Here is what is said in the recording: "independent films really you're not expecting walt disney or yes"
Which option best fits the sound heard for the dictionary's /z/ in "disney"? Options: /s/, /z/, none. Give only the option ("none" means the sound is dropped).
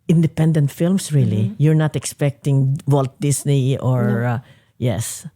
/s/